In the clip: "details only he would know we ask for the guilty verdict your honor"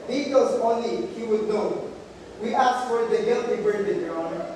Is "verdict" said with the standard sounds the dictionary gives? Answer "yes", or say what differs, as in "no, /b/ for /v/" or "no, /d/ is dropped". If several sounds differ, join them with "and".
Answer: no, /b/ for /v/